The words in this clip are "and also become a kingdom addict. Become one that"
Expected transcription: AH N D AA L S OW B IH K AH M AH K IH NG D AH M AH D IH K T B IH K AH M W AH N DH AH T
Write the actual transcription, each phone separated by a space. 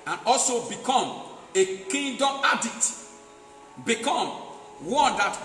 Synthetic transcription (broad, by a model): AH N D AA L S OW B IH K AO M AH K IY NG D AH M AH D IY T B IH K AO M W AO N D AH T